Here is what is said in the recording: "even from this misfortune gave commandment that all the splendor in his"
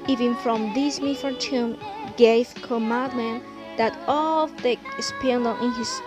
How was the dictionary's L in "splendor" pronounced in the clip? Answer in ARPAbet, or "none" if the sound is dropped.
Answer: none